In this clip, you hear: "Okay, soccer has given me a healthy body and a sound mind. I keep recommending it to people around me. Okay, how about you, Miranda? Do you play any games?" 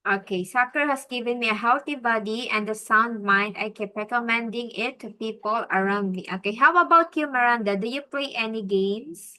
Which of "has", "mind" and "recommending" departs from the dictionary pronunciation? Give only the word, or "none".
has